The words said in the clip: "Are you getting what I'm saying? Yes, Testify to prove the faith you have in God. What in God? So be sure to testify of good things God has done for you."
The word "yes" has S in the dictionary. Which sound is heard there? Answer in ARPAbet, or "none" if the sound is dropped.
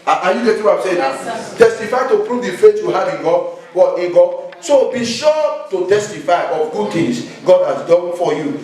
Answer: none